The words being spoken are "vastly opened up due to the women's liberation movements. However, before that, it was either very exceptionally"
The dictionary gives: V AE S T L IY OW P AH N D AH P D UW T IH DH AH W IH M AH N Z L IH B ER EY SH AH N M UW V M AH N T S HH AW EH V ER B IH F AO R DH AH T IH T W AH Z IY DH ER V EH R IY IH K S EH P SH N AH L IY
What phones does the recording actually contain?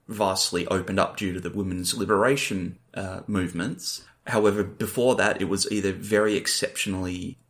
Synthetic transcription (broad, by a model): V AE S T L IY OW P AH N D AH P D UW T IH DH AH W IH M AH N Z L IH B ER EY SH AH N M UW V M AH N T S HH AW EH V ER B IH F AO R DH AH T IH T W AH Z IY DH ER V EH R IY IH K S EH P SH N L IY